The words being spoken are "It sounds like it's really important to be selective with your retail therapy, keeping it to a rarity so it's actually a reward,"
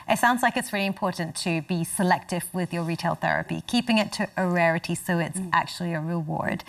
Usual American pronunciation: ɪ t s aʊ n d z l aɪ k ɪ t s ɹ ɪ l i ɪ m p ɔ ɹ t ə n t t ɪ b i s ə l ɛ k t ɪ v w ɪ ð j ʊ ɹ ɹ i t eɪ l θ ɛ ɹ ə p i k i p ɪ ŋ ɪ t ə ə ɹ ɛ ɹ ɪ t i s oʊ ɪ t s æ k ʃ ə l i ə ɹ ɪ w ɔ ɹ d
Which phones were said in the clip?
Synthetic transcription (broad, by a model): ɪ t s aʊ n d z l aɪ k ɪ t s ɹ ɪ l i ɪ m p ɔ ɹ t n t t ɪ b i s ə l ɛ k t ɪ v w ɪ ð j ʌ ɹ ɹ i t eɪ l θ ɛ ɹ ə p i k i p ɪ ŋ ɪ t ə ə ɹ ɛ ɹ ɪ t i s oʊ ɪ t s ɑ k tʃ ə l i ə ɹ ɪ w ɔ ɹ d